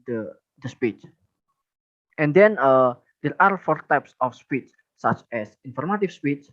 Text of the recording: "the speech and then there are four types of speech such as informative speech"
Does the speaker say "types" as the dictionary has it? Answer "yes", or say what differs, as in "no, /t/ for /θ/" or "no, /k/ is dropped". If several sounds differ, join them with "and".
yes